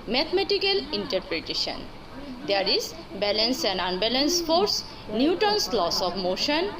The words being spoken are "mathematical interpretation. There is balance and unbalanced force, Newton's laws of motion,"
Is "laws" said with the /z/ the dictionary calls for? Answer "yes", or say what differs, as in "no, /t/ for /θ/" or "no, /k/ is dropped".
no, /s/ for /z/